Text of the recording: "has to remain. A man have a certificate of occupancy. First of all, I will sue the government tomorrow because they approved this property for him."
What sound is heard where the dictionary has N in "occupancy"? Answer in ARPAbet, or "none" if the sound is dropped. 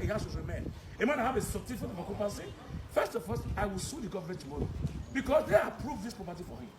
none